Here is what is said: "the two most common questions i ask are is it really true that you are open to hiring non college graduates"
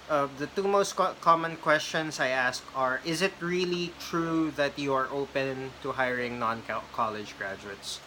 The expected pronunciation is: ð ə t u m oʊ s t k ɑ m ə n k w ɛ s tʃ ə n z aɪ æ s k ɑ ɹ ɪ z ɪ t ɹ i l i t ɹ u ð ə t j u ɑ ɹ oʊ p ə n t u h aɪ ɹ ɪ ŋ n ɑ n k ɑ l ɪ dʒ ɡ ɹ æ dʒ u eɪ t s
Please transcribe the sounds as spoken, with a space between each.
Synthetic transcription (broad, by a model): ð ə t u m oʊ s t k ɑ m ə n k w ɛ s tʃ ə n s aɪ æ s k ɑ ɹ ɪ z ɪ t ɹ i l i t ɹ u ð ə t j u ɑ ɹ oʊ p ə n t u h aɪ ɹ ɪ ŋ n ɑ n k ɑ l ɪ dʒ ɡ ɹ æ dʒ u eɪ t s